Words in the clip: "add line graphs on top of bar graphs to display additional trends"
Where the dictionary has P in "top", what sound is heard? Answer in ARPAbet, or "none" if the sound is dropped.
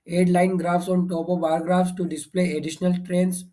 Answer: B